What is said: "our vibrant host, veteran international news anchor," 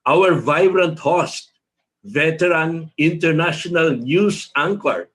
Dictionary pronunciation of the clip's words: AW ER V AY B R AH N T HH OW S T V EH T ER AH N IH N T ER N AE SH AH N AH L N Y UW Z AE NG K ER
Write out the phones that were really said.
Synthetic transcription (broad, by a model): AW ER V AY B R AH N T HH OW S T V EH T ER AH N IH N T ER N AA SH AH N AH L N Y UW S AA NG K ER